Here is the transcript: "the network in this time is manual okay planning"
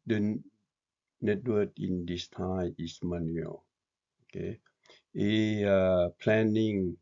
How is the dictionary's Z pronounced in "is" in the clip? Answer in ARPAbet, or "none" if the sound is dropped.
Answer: S